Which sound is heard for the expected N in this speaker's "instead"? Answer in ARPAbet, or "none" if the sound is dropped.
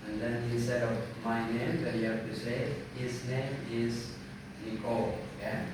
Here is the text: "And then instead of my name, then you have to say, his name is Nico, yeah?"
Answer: none